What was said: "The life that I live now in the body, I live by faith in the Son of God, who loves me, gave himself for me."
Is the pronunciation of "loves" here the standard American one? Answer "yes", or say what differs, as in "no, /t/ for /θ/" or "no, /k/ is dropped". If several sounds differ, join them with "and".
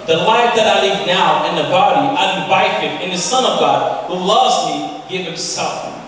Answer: yes